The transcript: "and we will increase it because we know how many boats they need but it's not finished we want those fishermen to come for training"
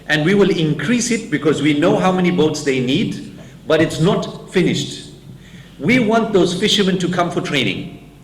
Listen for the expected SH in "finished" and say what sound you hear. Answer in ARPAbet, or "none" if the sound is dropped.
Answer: SH